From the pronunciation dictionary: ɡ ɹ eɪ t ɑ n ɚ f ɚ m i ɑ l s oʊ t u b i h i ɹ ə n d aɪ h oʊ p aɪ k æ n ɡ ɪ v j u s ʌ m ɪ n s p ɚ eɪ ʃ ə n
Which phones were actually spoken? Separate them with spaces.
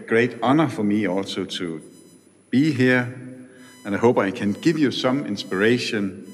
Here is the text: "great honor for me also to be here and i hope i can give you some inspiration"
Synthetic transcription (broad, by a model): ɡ ɹ eɪ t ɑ n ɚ f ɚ m i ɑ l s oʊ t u b i h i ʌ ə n aɪ h oʊ b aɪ k æ n ɡ ɪ v j u s ʌ m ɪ n s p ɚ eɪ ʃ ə n